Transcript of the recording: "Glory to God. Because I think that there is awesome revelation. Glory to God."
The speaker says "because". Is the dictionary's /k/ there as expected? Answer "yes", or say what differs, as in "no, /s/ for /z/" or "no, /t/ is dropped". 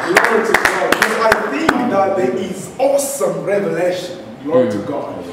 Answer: no, /k/ is dropped